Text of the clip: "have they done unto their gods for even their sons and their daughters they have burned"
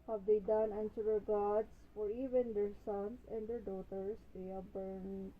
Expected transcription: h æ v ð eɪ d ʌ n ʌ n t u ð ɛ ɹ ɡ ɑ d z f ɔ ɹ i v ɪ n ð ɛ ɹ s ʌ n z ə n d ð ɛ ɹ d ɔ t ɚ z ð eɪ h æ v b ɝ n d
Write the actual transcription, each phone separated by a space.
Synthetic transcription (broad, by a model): h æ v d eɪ d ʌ n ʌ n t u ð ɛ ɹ ɡ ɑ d s f ɔ ɹ i v ɪ n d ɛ ɹ s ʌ n s ə n d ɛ ɹ d ɔ t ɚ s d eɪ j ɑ b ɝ n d